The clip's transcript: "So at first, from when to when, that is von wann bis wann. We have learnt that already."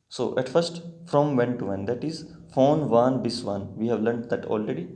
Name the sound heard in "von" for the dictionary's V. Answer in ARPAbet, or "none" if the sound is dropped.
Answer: F